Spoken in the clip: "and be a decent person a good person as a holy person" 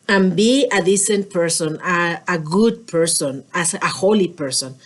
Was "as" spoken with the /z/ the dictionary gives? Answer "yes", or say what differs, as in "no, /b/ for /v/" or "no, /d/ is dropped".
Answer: no, /s/ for /z/